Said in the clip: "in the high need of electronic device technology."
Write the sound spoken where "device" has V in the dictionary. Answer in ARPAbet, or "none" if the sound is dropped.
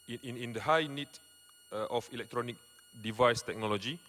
V